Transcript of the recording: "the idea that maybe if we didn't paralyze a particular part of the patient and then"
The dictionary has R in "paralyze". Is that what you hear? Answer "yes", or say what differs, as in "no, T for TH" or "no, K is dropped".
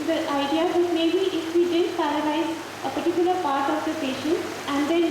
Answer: no, L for R